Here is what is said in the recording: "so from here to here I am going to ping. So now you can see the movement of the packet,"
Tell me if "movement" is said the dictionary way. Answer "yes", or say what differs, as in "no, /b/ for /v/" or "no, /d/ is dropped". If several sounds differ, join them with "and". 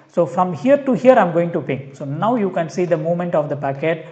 no, /v/ is dropped